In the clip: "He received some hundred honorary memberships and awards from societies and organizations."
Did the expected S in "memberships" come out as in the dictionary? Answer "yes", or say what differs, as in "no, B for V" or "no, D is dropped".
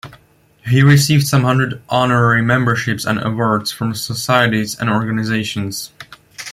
yes